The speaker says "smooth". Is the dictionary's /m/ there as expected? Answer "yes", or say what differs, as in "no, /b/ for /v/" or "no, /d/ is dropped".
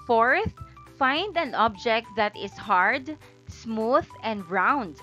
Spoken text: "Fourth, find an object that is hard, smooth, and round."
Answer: yes